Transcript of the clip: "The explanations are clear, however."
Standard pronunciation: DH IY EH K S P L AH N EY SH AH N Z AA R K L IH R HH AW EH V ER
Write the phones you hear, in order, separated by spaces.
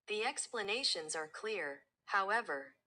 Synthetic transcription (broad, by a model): DH IY EH K S P L AH N EY SH AH N Z AA R K L IH R HH AW EH V ER